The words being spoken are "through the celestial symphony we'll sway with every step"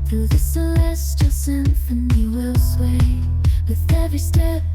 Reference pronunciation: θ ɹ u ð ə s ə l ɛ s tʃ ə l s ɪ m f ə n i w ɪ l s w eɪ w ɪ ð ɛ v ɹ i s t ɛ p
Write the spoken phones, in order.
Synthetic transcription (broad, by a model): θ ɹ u ð ə s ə l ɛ s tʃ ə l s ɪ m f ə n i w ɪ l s w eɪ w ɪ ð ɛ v i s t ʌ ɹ